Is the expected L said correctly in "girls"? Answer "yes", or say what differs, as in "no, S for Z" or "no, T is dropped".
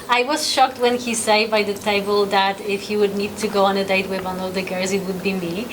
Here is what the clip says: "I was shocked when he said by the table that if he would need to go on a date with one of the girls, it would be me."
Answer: no, L is dropped